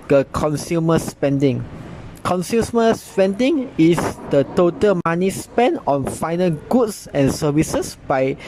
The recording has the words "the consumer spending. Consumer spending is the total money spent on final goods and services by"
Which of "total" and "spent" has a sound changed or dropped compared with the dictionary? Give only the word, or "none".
spent